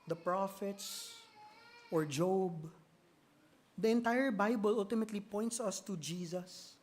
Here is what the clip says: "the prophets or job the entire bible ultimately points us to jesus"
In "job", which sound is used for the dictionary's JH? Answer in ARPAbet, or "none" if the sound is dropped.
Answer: JH